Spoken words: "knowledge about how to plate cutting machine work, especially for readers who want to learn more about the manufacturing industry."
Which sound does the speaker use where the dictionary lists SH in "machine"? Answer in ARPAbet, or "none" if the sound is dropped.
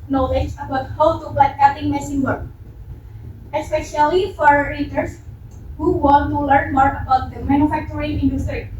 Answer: S